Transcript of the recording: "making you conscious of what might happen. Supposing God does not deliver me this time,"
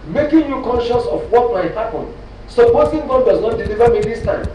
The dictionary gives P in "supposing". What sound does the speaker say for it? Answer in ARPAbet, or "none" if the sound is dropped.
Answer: B